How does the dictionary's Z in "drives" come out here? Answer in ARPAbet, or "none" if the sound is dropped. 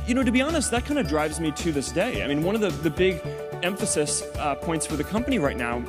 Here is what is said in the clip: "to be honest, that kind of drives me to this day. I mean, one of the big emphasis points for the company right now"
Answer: Z